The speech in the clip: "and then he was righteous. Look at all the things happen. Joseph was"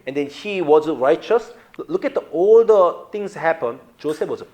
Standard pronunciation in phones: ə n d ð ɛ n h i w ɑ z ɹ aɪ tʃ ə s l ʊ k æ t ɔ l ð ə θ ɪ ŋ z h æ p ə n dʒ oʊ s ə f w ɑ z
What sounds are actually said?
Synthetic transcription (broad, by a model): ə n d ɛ n h i w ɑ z ɹ aɪ tʃ ə s l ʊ k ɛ t ɔ l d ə t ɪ ŋ s h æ p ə n dʒ oʊ s ə f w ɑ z